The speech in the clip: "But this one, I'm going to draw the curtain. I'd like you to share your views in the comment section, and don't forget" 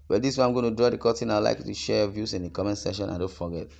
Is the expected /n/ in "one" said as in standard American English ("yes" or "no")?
no